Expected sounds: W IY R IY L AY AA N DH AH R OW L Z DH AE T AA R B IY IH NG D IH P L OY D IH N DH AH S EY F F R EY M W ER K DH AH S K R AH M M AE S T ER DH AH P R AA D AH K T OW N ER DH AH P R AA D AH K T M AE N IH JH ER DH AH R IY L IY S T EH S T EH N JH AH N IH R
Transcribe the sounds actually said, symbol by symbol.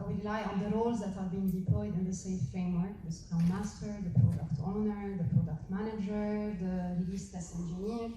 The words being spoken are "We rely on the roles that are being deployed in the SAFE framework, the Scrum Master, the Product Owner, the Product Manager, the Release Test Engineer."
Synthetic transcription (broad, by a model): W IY R IY L AY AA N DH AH R OW L Z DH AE T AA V B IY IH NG D IH P L OY D IH N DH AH S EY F F R EY M W ER K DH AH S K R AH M M AE S T ER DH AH P R AA D AH K T OW N ER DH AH P R AA D AH K T M AE N IH JH ER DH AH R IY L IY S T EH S EH N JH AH N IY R